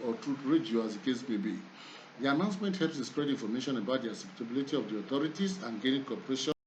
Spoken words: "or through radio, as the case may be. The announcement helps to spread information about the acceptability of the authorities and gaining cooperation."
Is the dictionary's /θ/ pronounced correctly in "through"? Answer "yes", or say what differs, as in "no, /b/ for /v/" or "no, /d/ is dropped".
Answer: no, /t/ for /θ/